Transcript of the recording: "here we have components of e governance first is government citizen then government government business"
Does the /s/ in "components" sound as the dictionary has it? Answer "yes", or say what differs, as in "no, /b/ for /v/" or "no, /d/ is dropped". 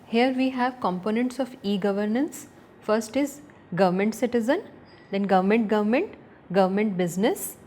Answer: yes